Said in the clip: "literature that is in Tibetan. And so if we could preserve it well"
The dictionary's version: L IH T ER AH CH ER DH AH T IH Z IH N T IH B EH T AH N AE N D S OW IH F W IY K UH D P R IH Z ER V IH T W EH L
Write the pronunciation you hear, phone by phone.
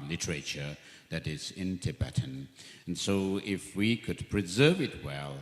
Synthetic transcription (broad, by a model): L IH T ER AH CH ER DH AH T IH Z IH N T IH B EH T N N S OW IH F W IY K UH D P R IH Z ER V IH T W EH L